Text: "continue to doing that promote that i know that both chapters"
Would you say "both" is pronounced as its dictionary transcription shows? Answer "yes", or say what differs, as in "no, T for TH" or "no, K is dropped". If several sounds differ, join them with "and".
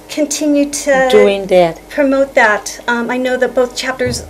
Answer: yes